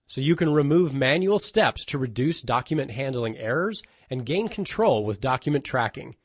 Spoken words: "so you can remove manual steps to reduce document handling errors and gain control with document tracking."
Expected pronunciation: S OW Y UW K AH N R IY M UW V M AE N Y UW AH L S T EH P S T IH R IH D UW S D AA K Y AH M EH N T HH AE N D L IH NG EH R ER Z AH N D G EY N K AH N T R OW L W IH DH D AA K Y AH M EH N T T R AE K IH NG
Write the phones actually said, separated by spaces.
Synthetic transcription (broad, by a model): S OW Y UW K AH N R IY M UW V M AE N Y UW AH L S T EH P S T IH R IH D UW S D AA K Y AH M EH N T HH AE N D L IH NG EH R ER Z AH N G EY N K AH N T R OW L W IH DH D AA K Y M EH N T T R AE K IH NG